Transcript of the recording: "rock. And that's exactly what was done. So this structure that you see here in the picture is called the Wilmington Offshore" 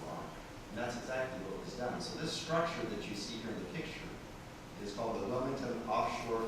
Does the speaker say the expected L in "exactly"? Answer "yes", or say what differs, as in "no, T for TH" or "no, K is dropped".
yes